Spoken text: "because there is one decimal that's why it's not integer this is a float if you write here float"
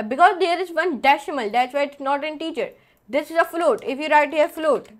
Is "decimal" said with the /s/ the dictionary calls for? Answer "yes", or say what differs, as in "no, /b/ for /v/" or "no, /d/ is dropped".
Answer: no, /ʃ/ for /s/